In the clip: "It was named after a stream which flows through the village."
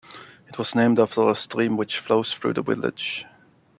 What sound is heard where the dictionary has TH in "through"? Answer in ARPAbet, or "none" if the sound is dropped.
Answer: TH